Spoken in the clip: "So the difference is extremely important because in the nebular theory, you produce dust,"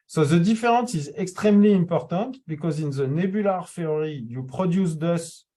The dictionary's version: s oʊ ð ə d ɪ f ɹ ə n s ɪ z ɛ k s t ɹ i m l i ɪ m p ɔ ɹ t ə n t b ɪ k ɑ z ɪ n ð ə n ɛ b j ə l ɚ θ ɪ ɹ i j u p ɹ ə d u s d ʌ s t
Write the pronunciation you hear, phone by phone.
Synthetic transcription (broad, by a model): s oʊ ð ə d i f ɹ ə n s ɪ z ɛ k s t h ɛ m l i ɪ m p ɔ ɹ t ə t b ɪ k ɑ z ɪ n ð ə n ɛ b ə l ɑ f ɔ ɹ i j u p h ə d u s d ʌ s